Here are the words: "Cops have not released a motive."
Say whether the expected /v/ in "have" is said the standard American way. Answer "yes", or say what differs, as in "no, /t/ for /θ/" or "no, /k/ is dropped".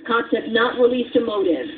no, /p/ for /v/